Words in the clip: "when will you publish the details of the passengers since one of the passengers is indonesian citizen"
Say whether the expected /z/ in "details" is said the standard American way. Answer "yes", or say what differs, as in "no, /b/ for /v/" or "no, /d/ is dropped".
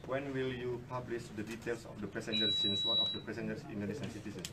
no, /s/ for /z/